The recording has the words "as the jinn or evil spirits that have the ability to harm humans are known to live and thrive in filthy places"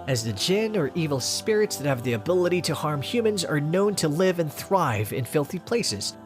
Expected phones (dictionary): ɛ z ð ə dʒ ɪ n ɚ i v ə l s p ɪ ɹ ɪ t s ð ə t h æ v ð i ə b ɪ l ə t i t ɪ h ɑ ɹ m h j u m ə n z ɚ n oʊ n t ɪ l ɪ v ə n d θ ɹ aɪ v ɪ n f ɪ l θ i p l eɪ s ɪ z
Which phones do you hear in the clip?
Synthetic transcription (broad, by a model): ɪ z ð ə dʒ ɪ n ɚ i v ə l s p ɪ ɹ ɪ t s ð ə t h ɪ v ð i ə b ɪ l ə t i t ɪ h ɑ ɹ m h j u m ə n z ɚ n oʊ n t ɪ l ɪ v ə n θ ɹ aɪ v ɪ n f ɪ l θ i p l eɪ s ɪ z